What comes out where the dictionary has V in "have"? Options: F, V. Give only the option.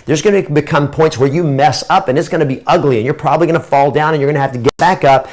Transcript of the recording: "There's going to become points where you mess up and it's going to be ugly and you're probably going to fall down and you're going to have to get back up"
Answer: F